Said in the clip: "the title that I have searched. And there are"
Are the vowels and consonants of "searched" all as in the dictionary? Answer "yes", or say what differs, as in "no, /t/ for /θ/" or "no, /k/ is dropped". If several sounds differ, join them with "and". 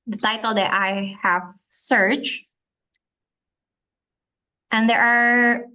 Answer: yes